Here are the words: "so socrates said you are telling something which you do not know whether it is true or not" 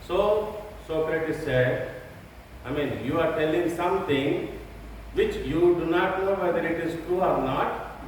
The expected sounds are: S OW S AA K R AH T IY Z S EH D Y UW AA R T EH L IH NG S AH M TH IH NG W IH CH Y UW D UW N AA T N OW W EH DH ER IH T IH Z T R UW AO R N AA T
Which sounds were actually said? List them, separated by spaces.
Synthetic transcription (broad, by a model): S OW S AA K R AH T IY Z S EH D Y UW AA R T EH L IH NG S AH M T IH NG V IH CH Y UW D UW N AA T N OW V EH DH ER IH T IH Z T UW AO R N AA T